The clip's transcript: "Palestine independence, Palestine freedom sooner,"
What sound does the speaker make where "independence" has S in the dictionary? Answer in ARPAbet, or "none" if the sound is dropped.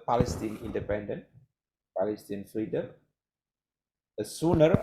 none